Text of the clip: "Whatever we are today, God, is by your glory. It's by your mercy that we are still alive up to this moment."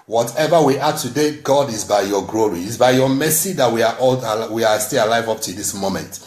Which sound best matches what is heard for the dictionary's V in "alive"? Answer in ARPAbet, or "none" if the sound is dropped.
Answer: V